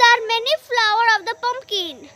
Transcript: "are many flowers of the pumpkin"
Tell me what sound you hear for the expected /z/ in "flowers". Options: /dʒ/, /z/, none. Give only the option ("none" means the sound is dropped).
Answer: none